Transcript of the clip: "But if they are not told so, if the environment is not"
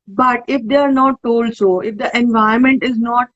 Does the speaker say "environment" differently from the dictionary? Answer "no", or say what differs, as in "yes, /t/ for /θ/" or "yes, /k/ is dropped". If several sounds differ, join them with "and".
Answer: yes, /ɹ/ is dropped